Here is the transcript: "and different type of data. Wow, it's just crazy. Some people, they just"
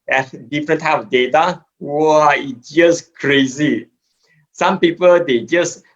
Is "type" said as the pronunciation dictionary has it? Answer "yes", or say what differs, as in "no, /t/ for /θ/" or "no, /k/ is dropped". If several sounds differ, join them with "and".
no, /p/ is dropped